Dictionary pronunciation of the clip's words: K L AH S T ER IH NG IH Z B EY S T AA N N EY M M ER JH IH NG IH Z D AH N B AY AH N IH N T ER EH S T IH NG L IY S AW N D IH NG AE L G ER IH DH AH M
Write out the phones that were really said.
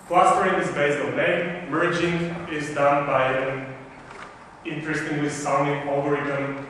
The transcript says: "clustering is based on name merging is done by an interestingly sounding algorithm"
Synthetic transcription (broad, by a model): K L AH S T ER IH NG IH S B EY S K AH L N EY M M ER JH IH NG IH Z D AH N B AY AH N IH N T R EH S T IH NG W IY S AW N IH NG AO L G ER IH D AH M